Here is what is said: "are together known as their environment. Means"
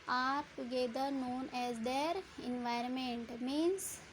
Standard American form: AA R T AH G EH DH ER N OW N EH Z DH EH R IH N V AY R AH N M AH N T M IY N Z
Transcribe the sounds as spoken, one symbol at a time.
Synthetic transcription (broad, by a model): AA R T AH G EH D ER N OW N EH Z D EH R IH N V AY R AH N M AH N T M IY N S